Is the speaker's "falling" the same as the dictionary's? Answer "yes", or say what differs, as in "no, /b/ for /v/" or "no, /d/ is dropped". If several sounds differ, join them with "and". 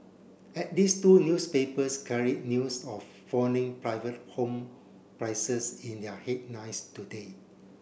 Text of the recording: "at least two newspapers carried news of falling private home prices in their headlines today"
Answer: no, /n/ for /l/